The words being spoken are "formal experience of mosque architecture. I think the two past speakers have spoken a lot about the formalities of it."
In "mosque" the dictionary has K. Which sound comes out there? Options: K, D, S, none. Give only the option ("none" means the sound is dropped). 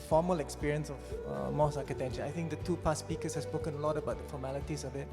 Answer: none